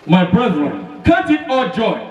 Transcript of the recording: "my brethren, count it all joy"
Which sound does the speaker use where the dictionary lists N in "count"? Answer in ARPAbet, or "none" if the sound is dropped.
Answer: none